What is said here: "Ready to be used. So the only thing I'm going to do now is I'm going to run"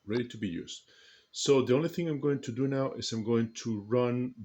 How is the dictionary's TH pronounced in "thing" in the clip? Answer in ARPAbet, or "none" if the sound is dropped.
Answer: TH